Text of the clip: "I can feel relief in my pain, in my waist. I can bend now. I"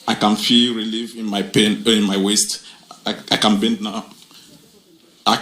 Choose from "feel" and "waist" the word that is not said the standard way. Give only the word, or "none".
none